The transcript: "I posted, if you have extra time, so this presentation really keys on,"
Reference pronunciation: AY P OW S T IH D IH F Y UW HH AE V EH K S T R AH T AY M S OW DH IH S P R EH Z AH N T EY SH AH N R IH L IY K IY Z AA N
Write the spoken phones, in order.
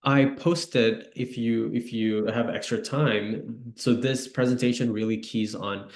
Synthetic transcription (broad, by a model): AY P OW S T IH D IH F Y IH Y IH V EH K S T R AH T AY M S OW DH IH S P R EH Z AH N T EY SH AH N R IH L IY K IY Z N